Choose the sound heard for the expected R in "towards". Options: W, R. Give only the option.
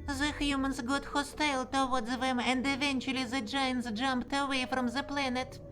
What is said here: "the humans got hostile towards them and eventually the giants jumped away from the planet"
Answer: W